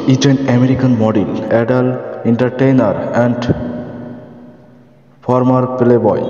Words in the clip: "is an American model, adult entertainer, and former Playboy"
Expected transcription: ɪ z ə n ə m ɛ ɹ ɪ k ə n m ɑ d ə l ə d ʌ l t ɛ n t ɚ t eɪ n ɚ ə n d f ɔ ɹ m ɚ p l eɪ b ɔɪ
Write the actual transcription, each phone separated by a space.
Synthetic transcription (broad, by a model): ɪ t ə n ə m ɛ ɹ ɪ k ə n m ɑ d ə l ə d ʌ l ɛ n t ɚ t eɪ n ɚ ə n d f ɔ ɹ m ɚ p l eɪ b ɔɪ